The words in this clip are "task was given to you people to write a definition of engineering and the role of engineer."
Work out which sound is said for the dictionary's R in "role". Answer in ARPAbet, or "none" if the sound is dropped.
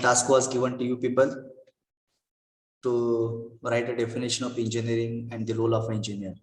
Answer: L